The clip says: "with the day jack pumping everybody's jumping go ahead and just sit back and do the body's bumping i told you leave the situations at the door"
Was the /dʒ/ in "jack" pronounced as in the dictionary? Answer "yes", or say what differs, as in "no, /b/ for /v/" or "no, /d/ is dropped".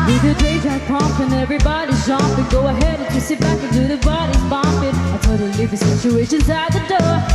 no, /z/ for /dʒ/